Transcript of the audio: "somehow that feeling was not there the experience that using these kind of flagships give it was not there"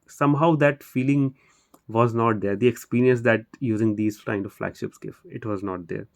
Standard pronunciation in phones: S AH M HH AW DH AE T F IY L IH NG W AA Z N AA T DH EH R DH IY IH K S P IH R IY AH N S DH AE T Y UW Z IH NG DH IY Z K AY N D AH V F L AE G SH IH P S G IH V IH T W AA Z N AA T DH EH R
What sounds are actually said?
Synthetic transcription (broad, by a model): S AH M HH AW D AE T F IY L IH NG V AA Z N AA T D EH R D IY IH K S P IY R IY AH N S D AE T Y UW Z IH NG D IY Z K AY N D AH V F L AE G SH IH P S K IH F IH T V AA Z N AA T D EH R